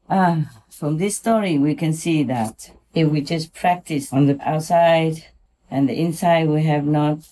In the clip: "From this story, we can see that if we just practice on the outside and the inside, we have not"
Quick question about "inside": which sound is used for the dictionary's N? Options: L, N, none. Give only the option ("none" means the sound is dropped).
N